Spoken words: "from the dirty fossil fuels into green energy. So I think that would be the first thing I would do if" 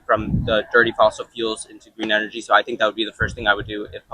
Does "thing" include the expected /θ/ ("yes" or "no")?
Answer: yes